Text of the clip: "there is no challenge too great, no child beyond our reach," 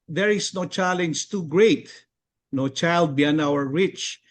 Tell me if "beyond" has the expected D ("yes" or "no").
no